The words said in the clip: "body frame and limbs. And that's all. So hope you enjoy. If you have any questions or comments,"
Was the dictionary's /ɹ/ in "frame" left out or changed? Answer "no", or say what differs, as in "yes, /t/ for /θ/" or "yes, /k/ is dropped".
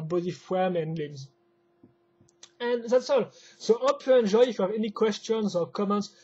yes, /w/ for /ɹ/